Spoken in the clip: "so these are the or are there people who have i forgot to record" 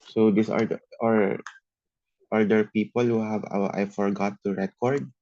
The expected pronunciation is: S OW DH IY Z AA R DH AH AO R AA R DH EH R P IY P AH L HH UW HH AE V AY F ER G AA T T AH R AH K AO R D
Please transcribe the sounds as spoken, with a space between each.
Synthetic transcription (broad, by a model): S OW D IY S AA R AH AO R AA R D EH R P IY P AH L HH UW HH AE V AY F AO G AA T T AH R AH K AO R D